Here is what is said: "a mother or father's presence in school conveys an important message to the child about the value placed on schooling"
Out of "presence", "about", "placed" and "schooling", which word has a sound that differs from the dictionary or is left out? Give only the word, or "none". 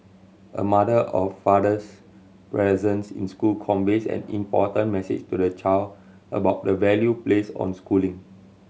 placed